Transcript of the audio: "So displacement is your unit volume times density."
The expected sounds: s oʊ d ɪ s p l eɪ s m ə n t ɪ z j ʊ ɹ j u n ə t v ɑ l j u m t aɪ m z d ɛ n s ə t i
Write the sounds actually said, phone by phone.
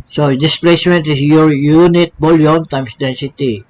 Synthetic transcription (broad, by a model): s oʊ d ɪ s p l eɪ s m ə n t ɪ s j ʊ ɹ j u n ə t b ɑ l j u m t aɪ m s d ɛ n s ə t i